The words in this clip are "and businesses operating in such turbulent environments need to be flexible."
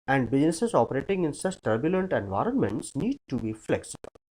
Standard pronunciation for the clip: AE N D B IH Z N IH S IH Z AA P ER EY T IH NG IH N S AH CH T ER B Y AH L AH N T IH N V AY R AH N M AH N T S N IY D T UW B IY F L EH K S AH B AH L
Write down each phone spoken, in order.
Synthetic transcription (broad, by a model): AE N D B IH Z N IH S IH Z AA P ER EY T IH NG IH N S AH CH T ER B Y AH L AH N T IH N V AY R AH N M AH N T S N IY D T UW B IY F L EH K S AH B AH L